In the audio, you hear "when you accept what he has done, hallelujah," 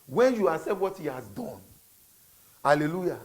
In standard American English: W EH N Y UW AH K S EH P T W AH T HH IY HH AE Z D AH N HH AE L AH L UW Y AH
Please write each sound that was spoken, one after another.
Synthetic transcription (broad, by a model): W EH N Y UW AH S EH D W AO T HH IY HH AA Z D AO N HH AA L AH L UW Y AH